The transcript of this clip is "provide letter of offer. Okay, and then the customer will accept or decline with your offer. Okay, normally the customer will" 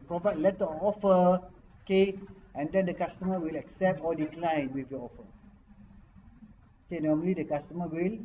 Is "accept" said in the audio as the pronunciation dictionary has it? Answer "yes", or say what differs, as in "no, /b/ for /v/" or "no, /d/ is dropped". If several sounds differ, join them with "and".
yes